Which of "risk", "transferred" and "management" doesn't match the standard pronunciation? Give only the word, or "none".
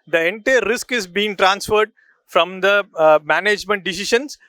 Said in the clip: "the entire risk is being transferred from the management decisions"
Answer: none